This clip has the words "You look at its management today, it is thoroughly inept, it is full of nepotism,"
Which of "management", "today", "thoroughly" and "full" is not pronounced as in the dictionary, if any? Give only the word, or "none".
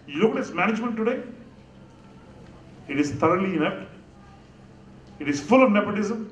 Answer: thoroughly